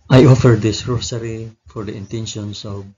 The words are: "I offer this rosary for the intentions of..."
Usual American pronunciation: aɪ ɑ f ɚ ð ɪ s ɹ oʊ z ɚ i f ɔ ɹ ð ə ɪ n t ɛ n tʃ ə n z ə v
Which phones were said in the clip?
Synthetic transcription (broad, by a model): aɪ ɑ f ɚ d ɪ s ɹ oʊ s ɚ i f ɔ ɹ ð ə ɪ n t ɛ n ʃ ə n s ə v